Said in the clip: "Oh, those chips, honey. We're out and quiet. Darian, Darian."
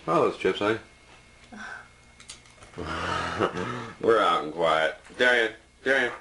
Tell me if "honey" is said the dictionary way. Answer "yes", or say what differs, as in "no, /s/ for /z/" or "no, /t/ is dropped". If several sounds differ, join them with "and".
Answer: no, /n/ is dropped